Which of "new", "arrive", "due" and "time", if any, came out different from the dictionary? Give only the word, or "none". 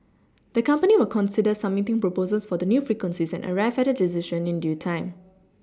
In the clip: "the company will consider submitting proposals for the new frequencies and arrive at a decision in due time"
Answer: arrive